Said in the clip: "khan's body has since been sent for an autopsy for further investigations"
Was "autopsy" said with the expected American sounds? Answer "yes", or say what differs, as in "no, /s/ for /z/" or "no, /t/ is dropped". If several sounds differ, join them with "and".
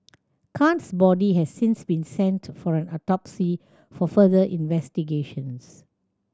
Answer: yes